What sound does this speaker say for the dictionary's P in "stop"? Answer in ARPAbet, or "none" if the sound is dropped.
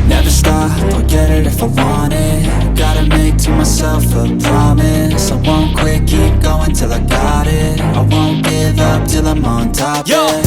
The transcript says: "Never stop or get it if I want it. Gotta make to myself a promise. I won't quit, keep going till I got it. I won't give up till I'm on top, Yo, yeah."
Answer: F